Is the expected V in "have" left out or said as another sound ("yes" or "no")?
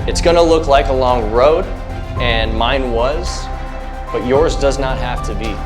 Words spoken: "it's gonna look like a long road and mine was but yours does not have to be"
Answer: yes